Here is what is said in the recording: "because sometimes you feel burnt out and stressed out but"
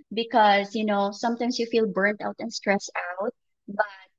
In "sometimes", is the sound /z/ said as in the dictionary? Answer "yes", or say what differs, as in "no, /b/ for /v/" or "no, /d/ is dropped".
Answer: no, /s/ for /z/